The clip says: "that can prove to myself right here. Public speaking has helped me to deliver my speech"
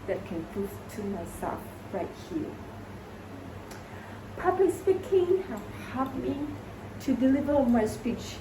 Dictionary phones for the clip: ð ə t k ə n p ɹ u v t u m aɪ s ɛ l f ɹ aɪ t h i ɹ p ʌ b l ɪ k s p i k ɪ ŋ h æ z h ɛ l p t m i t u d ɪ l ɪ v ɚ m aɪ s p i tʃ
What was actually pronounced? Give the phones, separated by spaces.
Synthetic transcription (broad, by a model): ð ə t k ə n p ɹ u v t u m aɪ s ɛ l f ɹ aɪ t h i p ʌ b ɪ s p i k ɪ ŋ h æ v h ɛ p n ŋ t u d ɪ l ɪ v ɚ m aɪ s p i tʃ